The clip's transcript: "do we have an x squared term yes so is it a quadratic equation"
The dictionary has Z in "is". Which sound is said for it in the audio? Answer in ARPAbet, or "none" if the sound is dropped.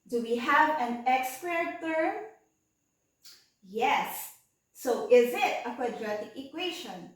Z